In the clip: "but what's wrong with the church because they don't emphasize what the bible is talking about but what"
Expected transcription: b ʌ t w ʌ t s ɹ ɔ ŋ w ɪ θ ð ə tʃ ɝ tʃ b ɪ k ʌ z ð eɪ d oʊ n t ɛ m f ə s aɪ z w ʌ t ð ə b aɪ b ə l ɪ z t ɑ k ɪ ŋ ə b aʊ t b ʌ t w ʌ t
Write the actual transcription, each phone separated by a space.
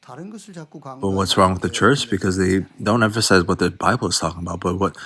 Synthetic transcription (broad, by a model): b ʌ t w ʌ t s ɹ ɔ ŋ w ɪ ð ə tʃ ɝ tʃ b ɪ k ʌ z ð eɪ d oʊ n t ɛ m f ə s aɪ z w ʌ t ð ə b aɪ b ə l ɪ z t ɑ k ɪ ŋ ə b aʊ t b ʌ t w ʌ t